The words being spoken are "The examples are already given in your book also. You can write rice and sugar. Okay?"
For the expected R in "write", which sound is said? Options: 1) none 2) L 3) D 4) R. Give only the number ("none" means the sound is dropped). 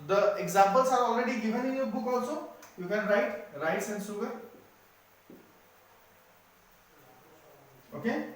4